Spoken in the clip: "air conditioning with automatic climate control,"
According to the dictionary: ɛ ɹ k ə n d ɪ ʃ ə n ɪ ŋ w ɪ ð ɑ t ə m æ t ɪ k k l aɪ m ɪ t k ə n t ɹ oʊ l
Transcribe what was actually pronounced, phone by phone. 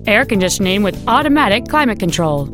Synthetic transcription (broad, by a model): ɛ ɹ k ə n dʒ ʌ s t n ɪ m w ɪ ð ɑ t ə m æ t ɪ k k l aɪ m ɪ t k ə n t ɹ oʊ l